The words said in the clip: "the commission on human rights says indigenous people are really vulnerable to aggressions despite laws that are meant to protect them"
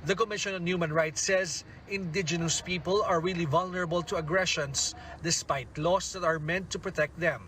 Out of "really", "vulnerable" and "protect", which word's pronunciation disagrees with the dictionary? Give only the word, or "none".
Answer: none